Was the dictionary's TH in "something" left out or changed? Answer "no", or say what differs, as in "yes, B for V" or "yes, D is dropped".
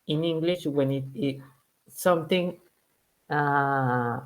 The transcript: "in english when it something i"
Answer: yes, T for TH